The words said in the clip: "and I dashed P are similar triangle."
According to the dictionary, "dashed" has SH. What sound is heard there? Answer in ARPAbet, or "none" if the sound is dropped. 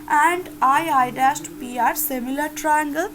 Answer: S